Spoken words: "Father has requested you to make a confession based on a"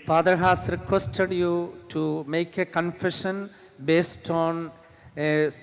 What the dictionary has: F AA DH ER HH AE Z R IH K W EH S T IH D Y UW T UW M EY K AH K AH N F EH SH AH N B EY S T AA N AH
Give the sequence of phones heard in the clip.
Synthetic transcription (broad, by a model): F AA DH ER HH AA S R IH K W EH S T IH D Y UW T UW M EY K AH K AH N F EH SH AH N B EY S T AA N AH